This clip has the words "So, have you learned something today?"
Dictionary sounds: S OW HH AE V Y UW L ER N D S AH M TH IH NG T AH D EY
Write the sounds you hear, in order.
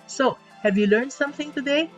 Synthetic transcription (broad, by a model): S OW HH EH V Y UW L ER N D S AH M TH IH NG T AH D EY